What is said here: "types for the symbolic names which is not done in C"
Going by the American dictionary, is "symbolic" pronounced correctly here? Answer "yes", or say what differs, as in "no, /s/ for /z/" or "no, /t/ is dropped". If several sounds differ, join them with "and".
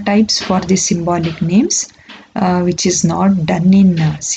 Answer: yes